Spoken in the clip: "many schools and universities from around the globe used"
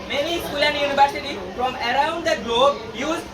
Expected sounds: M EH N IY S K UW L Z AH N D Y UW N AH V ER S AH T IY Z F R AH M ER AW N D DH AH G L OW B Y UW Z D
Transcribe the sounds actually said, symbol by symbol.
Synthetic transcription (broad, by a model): M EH N IY S K UW L AH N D Y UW N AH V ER S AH T IY F R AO M ER AW N D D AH G L OW B Y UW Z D